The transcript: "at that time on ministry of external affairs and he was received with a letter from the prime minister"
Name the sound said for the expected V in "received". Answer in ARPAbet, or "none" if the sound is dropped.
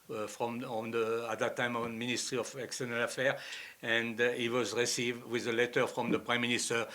V